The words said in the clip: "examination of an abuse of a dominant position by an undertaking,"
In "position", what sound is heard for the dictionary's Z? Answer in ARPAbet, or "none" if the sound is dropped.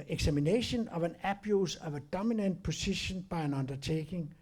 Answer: S